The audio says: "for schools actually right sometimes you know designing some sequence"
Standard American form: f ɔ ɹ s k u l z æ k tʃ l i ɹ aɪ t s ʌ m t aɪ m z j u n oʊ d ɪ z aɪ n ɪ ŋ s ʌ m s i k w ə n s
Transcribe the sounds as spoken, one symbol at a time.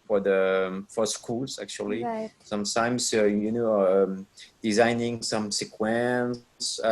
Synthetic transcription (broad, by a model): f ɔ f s k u l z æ k tʃ i l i s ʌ m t aɪ m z j u n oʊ d ɪ z aɪ n ɪ ŋ s ʌ m s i k w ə n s